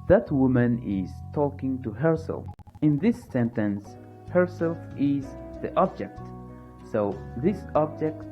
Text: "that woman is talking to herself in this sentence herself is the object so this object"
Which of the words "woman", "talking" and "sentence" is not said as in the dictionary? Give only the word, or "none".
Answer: none